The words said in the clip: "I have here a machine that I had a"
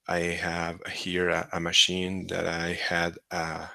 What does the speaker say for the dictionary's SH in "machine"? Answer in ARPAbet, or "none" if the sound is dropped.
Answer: SH